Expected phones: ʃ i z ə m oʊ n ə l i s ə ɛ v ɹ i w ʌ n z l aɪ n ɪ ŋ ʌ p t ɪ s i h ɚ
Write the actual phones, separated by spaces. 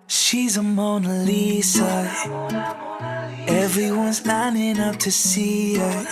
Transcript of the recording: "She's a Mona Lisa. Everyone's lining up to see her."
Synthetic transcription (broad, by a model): ʃ i z ə m oʊ n ə l i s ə ɛ v ɹ i w ʌ n z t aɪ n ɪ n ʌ f t ɪ s i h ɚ